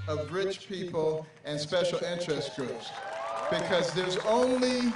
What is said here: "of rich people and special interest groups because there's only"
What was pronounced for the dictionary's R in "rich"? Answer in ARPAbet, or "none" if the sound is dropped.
R